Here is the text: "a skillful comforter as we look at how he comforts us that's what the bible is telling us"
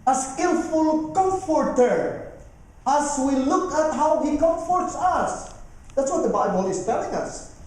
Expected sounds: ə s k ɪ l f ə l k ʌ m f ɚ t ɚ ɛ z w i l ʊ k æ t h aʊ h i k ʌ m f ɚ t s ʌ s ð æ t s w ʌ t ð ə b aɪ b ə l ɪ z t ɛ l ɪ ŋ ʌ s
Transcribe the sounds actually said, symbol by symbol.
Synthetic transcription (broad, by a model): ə s k ɪ l f ə l k ʌ m f ɚ t ɚ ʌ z w i l ʊ k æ t h aʊ h i k ʌ m f ɚ t s ʌ s ð æ t s w ʌ t ð ə b aɪ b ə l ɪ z t ɛ l ɪ ŋ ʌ s